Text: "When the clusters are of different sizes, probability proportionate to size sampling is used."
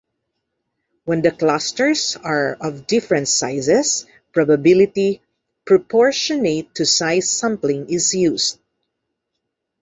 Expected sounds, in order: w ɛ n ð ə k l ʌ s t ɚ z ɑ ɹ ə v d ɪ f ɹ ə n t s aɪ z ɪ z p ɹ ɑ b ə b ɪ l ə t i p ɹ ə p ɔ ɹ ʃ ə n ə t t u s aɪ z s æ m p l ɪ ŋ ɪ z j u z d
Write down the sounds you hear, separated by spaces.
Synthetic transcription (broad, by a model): w ɛ n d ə k l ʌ s t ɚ s ɑ ɹ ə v d ɪ f ɹ ə n t s aɪ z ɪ s p ɹ ɑ b ə b ɪ l ə t i p ɹ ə p ɔ ɹ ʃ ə n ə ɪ t u s aɪ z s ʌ m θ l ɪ ŋ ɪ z j u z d